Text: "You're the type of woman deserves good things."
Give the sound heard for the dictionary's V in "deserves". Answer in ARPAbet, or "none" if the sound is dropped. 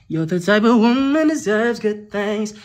V